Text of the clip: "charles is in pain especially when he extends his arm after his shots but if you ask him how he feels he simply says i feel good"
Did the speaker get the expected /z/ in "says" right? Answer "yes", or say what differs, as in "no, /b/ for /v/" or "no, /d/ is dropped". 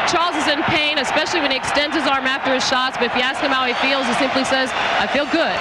yes